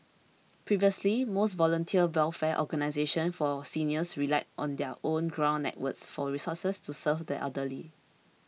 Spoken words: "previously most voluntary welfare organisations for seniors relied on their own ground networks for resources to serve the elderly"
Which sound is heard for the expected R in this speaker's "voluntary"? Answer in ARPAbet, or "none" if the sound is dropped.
none